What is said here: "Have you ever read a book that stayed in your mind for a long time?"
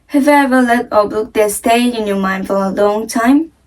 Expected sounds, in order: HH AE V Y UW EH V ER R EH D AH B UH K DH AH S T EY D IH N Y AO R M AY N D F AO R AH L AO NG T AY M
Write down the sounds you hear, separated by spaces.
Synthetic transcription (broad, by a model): HH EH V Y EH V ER L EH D AH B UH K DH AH S T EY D IH N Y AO M AY N D F AO R AH L AO NG T AY M